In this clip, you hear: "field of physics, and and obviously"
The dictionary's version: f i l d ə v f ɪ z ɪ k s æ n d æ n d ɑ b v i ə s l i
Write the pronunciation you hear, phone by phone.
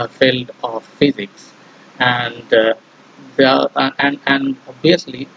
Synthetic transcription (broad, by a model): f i l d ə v f ɪ z ɪ k s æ n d æ n d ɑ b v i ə s l i